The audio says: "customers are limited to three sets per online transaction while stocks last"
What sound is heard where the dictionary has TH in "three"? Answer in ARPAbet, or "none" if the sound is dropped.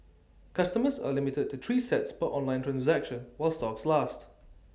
T